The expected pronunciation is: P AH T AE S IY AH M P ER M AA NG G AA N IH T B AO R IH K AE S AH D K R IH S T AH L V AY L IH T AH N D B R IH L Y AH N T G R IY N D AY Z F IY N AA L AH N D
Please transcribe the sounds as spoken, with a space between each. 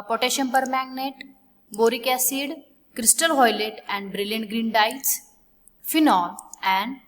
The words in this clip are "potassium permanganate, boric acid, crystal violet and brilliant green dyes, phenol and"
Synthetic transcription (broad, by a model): P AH T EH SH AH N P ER M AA G N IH T B AO R IH K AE S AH D K R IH S T AH L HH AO L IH T AH N D B R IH L Y AH N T G R IY N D AY S F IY N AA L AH N D